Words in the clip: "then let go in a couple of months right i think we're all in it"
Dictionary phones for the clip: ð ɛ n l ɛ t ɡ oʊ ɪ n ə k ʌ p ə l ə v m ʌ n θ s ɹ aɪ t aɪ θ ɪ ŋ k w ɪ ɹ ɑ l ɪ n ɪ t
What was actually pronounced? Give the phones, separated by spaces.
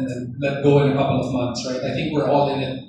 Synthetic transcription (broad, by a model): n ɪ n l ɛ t ɡ oʊ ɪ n ə k ʌ p l ə v m ʌ n θ s ɹ aɪ t aɪ θ ɪ ŋ k w ɪ ɹ ɑ l ɪ n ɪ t